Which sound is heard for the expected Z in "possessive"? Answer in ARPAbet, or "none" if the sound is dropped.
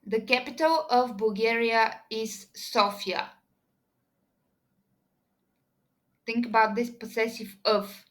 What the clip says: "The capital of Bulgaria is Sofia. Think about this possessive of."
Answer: S